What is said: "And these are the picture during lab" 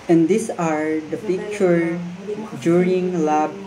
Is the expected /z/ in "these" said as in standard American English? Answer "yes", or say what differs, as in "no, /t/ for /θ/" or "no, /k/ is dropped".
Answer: no, /s/ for /z/